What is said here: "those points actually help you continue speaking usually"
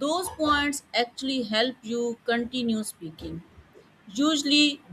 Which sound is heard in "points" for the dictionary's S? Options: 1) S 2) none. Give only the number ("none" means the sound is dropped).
1